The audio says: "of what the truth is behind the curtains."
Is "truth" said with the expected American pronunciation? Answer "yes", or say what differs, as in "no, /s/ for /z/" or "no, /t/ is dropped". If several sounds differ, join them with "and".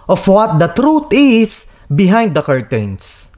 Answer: no, /t/ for /θ/